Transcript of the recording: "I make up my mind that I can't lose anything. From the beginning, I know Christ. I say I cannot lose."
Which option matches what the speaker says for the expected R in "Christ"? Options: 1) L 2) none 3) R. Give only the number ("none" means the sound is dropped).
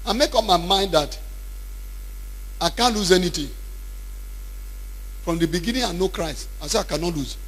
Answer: 3